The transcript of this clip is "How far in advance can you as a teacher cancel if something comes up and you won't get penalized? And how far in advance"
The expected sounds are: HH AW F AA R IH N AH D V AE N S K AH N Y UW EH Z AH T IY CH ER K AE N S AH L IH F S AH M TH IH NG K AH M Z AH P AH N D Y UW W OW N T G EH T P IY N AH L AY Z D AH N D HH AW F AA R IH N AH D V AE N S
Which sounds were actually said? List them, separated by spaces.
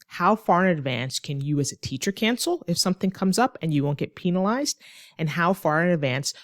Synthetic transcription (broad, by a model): HH AW F AA R IH N AH D V AE N S K AH N Y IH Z AH T IY CH ER K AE N S L IH F S AH M TH IH NG K AH M Z AH P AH N Y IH W OW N G EH T P IY N AH L AY Z D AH N HH AW F AA R IH N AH D V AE N S